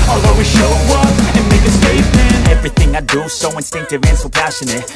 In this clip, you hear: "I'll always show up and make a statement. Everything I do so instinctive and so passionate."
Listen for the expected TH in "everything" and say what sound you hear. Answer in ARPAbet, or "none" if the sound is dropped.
TH